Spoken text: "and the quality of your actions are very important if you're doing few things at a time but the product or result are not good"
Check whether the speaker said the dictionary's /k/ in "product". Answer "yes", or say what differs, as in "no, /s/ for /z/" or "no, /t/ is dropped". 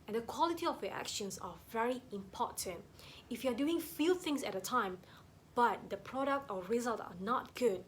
yes